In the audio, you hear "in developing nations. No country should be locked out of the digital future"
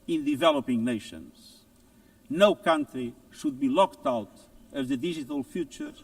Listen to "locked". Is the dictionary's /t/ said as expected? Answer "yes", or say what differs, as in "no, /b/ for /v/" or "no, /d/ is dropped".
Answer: yes